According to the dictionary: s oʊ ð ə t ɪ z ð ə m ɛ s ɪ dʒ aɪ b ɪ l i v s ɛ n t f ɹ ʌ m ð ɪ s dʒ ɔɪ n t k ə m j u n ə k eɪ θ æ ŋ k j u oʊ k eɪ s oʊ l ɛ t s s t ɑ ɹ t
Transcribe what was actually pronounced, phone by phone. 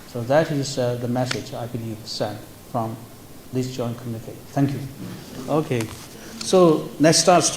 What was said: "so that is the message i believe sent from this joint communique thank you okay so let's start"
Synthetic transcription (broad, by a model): s oʊ ð ə t ɪ z ð ə m ɛ s ɪ dʒ aɪ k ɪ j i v s ɛ n t f ɹ ʌ m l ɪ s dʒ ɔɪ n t k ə m j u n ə k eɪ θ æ ŋ k j u oʊ k eɪ s oʊ n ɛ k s s t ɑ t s